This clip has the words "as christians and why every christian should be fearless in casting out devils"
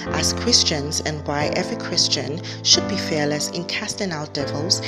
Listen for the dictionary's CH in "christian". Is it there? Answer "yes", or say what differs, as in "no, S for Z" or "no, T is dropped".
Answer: yes